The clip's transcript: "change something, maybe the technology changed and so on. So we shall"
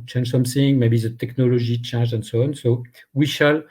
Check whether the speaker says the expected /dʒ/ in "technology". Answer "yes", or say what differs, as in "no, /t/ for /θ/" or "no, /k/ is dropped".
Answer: no, /ʒ/ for /dʒ/